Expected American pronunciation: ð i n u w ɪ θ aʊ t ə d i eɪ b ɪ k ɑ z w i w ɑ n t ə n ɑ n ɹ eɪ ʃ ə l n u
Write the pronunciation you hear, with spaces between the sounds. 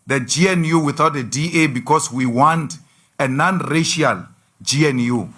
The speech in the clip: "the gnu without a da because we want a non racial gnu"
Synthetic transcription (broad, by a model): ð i n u w ɪ θ aʊ t ə d i eɪ b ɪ k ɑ s w i w ɑ n t ə n ɑ n ɹ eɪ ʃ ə l n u